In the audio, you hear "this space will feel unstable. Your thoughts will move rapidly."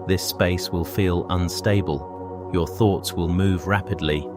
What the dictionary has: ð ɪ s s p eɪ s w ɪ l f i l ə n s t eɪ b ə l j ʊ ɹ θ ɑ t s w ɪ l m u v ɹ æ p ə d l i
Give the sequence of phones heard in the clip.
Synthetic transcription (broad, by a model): ð ɪ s s p eɪ s w ɪ l f i l ə n s t eɪ b ə l j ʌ ɹ θ ɑ t s w ɪ l m u v ɹ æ p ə d l i